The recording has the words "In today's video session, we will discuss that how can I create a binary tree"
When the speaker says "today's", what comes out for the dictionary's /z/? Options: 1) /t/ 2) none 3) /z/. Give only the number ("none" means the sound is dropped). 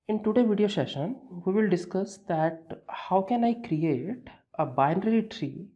2